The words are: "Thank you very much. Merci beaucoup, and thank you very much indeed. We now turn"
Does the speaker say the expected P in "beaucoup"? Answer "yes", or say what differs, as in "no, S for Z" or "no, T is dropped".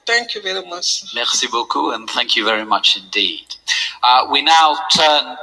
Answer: no, P is dropped